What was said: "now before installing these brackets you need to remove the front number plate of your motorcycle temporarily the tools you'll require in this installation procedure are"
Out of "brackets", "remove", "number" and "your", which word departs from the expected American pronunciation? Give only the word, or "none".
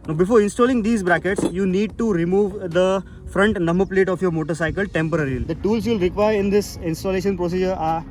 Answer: number